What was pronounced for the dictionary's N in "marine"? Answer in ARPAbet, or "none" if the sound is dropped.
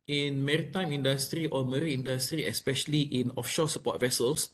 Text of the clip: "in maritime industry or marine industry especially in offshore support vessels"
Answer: none